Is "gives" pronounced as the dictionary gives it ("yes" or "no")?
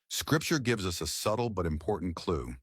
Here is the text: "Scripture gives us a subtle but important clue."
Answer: yes